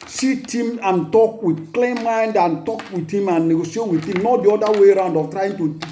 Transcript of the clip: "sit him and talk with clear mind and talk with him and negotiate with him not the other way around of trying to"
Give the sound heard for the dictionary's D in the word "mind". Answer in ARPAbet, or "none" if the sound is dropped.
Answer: D